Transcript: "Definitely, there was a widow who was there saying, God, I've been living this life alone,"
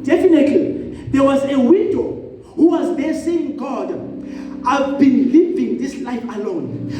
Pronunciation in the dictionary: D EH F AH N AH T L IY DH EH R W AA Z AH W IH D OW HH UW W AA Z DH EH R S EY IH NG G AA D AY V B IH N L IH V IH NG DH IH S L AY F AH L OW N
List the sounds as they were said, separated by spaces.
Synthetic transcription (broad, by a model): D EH F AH N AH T L IY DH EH W AA Z AH W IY D OW HH UW W AA Z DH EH S EY IH NG G AA D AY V B IH N L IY V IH NG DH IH S L AY F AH L OW N